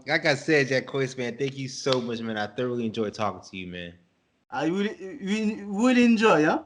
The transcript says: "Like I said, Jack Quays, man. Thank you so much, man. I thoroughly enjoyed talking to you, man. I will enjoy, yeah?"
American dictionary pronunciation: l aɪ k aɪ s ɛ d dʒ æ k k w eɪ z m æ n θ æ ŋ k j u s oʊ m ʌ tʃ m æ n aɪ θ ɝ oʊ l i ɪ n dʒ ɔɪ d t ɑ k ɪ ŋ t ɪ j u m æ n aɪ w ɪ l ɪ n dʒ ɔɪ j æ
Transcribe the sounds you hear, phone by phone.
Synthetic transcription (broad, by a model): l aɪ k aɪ s ɛ d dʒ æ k k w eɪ s m æ n θ æ ŋ k j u s oʊ m ʌ tʃ m æ n aɪ θ ɝ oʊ l i ɪ n dʒ ɔɪ d t ɑ k ɪ ŋ t ɪ j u m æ n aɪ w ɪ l ɪ n dʒ ɔɪ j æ